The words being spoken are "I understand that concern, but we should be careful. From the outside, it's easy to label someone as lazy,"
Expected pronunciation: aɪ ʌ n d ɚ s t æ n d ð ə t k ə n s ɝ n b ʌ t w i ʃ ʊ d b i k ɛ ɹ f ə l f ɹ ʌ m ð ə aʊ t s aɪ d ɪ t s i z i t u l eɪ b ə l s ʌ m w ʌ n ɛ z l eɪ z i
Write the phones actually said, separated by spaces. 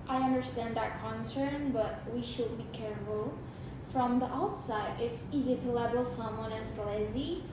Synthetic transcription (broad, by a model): aɪ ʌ n d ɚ s t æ n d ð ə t k ə n s ɝ n b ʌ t w i ʃ ʊ d b i k ɛ ɹ f ə l f ɹ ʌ m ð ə aʊ t s aɪ d ɪ t s i z i t u l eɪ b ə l s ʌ m w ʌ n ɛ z l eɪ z i